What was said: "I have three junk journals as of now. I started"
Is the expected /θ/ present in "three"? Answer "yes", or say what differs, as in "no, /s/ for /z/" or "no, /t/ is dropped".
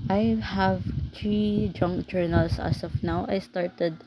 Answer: no, /t/ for /θ/